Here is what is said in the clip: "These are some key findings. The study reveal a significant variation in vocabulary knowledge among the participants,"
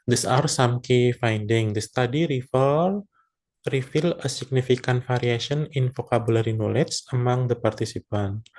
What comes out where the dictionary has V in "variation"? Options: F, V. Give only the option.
F